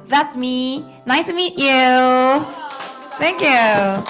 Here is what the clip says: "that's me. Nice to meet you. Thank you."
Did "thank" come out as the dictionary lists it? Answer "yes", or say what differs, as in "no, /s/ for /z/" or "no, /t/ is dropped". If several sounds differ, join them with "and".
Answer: yes